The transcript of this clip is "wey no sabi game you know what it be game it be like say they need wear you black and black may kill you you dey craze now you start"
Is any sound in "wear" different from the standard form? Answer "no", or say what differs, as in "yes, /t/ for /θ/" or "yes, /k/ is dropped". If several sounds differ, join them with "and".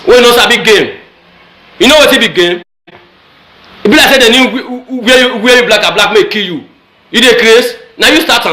yes, /w/ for /ɹ/